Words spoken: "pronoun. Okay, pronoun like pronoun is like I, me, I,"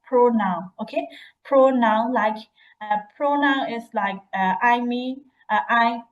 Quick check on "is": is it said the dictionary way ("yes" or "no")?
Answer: no